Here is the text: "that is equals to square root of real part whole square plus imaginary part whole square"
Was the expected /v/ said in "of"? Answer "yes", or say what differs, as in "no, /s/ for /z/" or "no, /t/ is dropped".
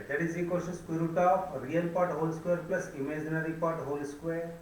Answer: no, /p/ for /v/